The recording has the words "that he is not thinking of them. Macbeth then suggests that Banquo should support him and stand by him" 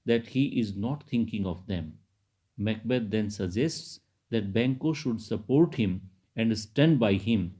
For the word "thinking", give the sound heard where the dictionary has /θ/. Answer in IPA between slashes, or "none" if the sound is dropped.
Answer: /t/